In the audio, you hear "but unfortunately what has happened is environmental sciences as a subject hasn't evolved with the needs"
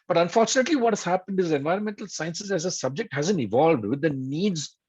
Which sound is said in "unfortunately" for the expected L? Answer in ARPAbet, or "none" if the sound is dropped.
L